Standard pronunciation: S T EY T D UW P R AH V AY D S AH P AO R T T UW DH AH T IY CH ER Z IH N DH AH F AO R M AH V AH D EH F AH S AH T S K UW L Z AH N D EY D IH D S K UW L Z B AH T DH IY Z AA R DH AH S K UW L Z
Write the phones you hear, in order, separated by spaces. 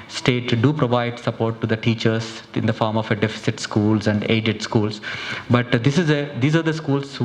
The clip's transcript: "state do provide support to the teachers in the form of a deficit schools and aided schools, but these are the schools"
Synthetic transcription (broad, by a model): S T EY T D UW P R AH V AY D S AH P AO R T T UW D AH T IY CH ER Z IH N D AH F AO R M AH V AH D EH F AH S AH T S K UW L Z AH N D EY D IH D S K UW L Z B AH T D IY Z AA R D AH S K UW L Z